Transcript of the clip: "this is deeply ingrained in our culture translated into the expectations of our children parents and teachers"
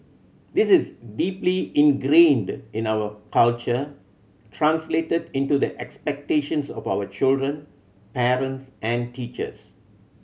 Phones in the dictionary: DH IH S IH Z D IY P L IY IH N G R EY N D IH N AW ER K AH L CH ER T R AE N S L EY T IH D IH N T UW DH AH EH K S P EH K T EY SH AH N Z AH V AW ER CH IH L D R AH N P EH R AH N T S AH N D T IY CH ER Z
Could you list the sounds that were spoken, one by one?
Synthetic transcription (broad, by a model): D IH S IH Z D IY P L IY IH N G R EY N D IH N AW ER K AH L CH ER T R AE N S L EY T IH D IH N T UW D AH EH K S P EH K T EY SH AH N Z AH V AW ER CH IH L D R AH N P EH R AH N T S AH N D T IY CH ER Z